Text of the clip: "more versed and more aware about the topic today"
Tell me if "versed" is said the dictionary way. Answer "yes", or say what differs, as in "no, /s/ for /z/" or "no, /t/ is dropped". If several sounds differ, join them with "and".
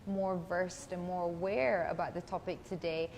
yes